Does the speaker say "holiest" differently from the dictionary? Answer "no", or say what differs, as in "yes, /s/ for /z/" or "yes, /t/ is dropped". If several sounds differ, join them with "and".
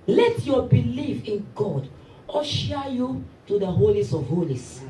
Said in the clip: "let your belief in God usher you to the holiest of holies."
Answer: yes, /t/ is dropped